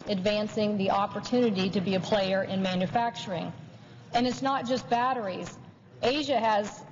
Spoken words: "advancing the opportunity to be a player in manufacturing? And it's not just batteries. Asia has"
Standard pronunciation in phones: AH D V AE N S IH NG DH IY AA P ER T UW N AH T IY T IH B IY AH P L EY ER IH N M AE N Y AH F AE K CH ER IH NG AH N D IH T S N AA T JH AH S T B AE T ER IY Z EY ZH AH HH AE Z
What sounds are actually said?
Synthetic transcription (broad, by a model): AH D V AE N S IH NG DH IY AA P ER T UW N AH T IY T IH B IY AH P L EY ER IH N M AE N Y AH F AE K CH ER IH NG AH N IH T S N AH T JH AH S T B AE T ER IY Z EY ZH AH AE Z